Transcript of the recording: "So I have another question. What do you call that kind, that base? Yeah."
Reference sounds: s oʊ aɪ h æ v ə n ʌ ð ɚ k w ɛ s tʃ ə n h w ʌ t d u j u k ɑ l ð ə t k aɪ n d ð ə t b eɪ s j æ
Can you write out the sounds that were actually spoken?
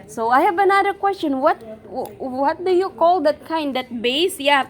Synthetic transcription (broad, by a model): s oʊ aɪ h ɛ b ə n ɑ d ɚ k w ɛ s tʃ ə n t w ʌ t d u j u k ɑ l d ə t k aɪ n d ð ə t b eɪ s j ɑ